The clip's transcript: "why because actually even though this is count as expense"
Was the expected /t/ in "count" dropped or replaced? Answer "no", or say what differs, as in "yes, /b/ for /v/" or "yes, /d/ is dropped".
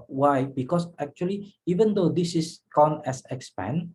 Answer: yes, /t/ is dropped